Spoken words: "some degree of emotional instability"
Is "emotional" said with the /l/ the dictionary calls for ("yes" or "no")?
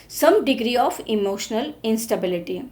yes